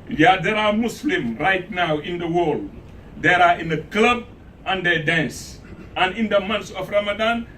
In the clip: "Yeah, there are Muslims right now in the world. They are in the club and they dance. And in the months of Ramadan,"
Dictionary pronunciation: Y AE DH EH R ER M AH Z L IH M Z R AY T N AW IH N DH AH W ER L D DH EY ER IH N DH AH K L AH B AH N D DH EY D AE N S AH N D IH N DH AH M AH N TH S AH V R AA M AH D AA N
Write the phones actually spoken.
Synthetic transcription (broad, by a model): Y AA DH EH R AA M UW S L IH M R AY T N AW IH N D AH W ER L D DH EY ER IH N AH K L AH B AH N D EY D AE N S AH N IH N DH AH M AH N T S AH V R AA M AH D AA N